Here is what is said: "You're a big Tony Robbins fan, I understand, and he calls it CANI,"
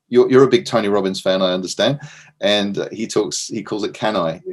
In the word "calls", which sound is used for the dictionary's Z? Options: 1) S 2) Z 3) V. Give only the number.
2